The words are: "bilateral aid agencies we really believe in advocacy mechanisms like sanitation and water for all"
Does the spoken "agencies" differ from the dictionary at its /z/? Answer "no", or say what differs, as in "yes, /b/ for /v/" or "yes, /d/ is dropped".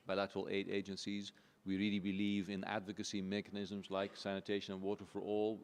no